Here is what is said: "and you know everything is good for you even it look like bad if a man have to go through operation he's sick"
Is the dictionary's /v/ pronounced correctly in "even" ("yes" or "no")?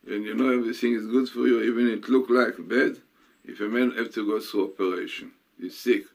yes